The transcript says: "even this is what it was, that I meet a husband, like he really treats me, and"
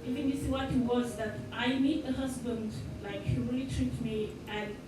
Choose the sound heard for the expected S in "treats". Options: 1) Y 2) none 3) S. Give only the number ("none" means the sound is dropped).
2